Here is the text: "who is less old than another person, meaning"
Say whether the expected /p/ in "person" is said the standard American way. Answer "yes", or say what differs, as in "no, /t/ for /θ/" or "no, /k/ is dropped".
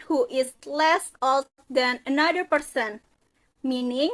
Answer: yes